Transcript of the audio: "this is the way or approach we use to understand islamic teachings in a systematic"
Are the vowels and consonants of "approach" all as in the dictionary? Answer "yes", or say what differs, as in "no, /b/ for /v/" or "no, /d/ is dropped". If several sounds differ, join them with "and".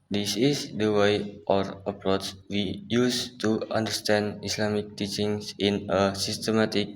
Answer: no, /s/ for /tʃ/